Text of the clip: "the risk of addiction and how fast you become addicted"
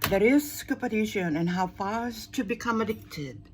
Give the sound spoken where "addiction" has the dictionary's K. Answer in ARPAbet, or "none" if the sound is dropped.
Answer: none